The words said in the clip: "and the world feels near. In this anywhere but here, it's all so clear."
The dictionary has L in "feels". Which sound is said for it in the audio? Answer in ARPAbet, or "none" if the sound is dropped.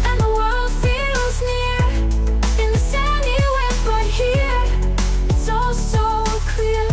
L